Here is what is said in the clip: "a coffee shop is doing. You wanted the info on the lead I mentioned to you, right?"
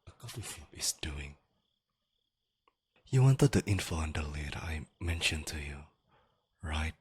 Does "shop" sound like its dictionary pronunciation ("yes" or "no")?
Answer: no